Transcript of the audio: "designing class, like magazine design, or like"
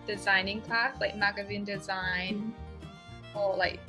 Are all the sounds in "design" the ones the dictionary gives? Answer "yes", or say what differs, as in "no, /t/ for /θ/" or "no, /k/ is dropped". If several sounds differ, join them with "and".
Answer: yes